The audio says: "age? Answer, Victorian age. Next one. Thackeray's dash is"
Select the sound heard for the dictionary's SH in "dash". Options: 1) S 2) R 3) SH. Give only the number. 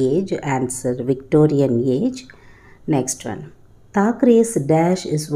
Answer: 3